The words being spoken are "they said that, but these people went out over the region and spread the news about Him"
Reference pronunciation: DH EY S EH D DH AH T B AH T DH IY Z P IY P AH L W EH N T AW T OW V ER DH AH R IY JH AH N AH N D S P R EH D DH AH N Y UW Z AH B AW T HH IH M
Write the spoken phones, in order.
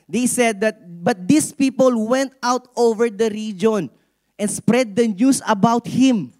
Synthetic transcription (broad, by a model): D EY S EH D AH T B AH T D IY S P IY P AH L W EH N T AW T OW V ER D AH R IY JH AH N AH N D S P R EH D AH N Y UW S AH B AW T HH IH M